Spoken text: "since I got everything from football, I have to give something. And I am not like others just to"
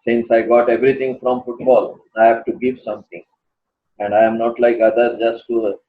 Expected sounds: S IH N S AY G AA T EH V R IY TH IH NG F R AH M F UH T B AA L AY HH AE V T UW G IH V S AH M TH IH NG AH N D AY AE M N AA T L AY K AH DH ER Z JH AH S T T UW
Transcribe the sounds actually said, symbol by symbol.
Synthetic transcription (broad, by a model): S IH N S AY G AA T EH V R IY T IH NG F R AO M F UH T B AA L AY HH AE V T UW G IH V S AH M T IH NG AH N D AY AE M N AA T L AY K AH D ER JH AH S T T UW